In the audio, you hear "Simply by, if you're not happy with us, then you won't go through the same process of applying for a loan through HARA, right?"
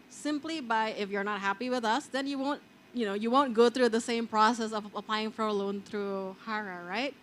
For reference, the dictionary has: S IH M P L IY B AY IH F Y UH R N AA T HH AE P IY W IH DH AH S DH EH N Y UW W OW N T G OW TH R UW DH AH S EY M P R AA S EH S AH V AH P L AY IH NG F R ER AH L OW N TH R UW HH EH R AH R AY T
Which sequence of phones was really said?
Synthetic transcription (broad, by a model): S IH M P L IY B AY IH F Y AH R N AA T HH AE P IY W IH DH AH S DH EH N Y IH W OW N T G OW TH R UW DH AH S EY M P R AA S EH S AH V AH P L AY IH NG F R ER AH L OW N TH R UW HH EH R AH R AY T